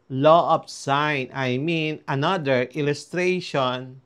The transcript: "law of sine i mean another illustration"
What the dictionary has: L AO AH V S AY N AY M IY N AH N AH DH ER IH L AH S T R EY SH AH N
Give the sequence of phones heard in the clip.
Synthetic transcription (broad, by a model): L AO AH P S AY N AY M IY N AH N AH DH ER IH L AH S T R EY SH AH N